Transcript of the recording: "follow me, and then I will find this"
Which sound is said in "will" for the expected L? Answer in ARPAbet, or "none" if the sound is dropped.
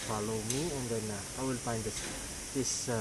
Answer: L